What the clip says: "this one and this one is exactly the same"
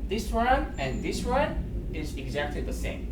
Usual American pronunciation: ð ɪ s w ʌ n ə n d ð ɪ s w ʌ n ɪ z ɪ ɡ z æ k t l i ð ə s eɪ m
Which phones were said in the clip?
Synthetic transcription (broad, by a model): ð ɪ s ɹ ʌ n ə n ð ɪ s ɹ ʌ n ɪ z ɪ ɡ z æ k t l i ð ə s eɪ m